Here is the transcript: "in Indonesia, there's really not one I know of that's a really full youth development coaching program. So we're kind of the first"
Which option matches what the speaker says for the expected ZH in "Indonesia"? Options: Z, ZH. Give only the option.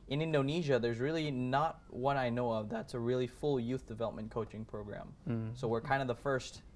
ZH